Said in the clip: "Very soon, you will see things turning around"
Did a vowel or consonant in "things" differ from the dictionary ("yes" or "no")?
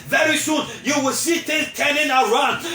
yes